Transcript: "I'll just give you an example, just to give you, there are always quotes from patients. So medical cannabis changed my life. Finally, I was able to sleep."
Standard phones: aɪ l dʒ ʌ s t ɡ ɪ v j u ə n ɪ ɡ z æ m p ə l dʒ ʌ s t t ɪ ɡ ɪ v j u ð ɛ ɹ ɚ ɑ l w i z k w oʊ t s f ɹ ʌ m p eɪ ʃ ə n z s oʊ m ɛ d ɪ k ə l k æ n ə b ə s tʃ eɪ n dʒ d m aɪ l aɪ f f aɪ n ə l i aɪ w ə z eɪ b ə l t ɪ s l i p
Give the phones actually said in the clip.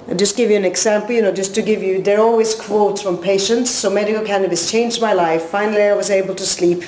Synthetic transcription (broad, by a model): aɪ dʒ ʌ s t ɡ ɪ v j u ə n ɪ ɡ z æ m p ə n dʒ ʌ s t t ɪ ɡ ɪ v j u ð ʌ ɹ ɑ l w i z k w oʊ t s f ɹ ʌ m p eɪ ʃ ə n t s oʊ m ɛ d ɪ k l k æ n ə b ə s tʃ eɪ n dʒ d m aɪ l aɪ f f aɪ n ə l i aɪ w ə z eɪ b ə l t ɪ s l i p